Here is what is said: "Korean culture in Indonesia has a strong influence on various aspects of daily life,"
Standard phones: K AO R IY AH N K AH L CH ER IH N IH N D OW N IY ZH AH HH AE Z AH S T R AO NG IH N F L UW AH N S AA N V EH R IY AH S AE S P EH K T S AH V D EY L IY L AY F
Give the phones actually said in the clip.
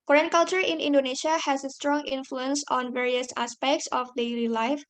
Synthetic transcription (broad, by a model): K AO R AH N K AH L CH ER IH N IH N D OW N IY SH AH HH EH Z AH S T R AO NG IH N F L UW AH N S AA N V EH R IY AH S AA S P EH K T S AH F D EY L IY L AY F